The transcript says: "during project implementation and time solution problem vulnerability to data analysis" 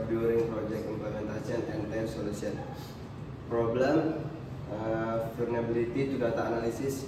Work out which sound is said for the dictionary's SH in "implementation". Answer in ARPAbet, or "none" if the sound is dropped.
S